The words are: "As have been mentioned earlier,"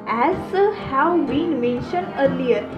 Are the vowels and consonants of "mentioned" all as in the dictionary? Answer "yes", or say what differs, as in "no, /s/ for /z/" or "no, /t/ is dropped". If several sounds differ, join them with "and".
yes